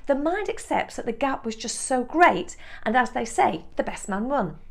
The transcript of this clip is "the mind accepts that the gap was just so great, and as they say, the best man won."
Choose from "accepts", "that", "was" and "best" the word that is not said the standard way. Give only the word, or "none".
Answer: none